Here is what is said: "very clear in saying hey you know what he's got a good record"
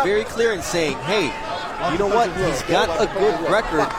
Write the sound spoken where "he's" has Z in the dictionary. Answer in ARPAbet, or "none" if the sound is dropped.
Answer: Z